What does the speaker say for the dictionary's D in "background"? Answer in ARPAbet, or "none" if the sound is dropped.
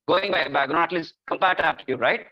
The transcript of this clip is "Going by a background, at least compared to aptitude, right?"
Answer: none